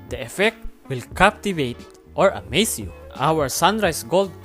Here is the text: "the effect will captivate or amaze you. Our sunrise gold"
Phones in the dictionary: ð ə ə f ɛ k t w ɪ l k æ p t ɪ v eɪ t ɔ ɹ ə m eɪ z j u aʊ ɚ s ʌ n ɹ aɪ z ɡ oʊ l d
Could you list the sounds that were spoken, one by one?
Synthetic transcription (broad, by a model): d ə ə f ɛ k t w ɪ l k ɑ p t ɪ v eɪ t ɔ ɹ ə m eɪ s j u aʊ ɚ s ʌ n ɹ aɪ s ɡ oʊ l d